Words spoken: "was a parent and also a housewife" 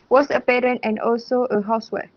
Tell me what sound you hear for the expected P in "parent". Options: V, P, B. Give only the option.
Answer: P